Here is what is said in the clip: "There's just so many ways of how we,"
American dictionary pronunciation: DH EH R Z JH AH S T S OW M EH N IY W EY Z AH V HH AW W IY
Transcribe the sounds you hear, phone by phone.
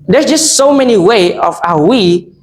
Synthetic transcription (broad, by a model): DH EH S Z JH AH S T S OW M EH N IY W EY AH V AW W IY